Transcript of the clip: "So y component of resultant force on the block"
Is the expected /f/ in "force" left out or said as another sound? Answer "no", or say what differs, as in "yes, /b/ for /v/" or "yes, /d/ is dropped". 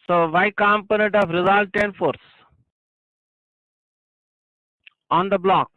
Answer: no